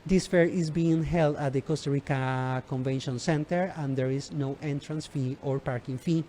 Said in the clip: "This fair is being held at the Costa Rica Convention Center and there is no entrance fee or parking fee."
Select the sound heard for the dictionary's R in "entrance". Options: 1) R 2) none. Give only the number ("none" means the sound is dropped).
1